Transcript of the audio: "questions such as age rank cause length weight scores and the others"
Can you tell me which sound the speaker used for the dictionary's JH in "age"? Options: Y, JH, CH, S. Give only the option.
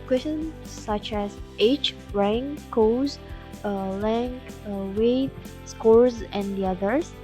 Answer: CH